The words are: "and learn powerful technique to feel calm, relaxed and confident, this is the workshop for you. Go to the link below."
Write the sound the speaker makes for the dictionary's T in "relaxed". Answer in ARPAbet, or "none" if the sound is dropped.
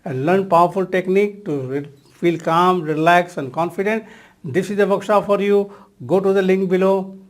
none